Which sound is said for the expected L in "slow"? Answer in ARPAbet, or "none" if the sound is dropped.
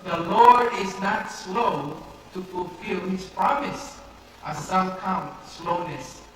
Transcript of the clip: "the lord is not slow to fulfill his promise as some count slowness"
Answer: L